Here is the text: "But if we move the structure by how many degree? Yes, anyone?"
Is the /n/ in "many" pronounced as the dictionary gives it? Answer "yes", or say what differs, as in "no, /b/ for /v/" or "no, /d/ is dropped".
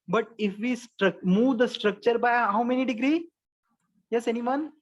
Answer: yes